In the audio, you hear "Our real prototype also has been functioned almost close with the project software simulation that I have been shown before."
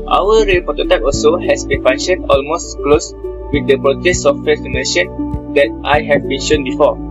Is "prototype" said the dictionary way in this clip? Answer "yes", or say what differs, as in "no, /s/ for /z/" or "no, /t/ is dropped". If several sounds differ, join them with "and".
no, /ɹ/ is dropped